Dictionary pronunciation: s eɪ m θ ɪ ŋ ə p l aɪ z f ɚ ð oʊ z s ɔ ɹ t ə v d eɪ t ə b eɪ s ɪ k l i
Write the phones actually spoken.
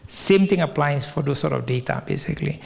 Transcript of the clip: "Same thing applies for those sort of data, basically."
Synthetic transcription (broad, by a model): s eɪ m t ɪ ŋ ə p l aɪ s f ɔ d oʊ s ɔ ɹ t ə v d eɪ t ə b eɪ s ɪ k l i